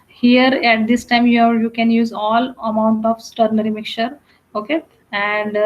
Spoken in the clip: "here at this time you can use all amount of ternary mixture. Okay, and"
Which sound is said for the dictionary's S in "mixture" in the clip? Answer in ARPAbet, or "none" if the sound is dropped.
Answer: none